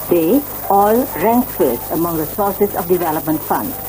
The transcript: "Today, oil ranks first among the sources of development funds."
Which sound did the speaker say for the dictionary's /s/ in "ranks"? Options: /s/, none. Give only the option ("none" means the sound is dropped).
none